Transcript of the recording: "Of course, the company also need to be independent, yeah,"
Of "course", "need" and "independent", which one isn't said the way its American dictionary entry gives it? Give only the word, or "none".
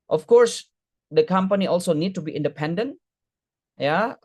none